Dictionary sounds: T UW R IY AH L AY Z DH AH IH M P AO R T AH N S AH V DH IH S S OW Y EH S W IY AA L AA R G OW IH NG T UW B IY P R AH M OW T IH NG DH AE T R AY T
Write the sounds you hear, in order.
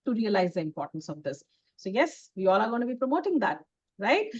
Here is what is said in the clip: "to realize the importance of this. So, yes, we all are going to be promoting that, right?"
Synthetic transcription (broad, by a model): T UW R IY AH L AY Z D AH IH M P AO R T AH N S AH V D IH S S OW Y EH S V IY AA L AA R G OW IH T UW B IY P R AH M OW T IH NG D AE T R AY T